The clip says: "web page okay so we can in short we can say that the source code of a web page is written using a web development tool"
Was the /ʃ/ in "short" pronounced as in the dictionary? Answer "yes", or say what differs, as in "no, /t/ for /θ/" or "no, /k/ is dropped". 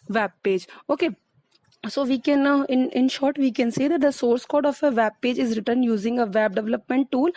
yes